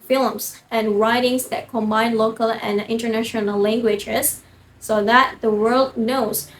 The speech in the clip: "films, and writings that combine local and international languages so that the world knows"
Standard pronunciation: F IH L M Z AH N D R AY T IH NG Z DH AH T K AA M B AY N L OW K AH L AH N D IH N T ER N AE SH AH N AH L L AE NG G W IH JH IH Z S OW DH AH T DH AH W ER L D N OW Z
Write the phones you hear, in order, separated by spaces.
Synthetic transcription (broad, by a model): F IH L M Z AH N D R AY T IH NG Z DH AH T K AA M B AY N L OW K AH L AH N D IH N T ER N AE SH AH N AH L L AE NG G W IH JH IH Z S OW DH AH T DH AH W ER L D N OW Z